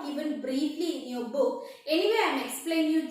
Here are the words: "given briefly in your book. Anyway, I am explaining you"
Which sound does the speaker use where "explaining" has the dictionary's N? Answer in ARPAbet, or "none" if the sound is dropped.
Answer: none